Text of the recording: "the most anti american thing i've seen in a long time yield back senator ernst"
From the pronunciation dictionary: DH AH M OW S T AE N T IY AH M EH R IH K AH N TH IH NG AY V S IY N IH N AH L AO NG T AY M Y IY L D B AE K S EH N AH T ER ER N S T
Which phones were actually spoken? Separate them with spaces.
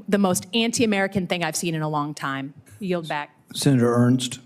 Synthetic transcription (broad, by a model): DH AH M OW S T AE N T IY AH M EH R IH K AH N TH IH NG AY V S IY N IH N AH L AO NG T AY M Y IY L D B AE K S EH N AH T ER ER N S T